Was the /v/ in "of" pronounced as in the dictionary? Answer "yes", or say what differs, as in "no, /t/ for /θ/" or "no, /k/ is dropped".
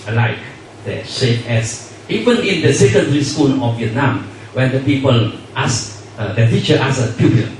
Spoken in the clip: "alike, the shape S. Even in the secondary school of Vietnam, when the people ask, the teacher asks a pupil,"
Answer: no, /f/ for /v/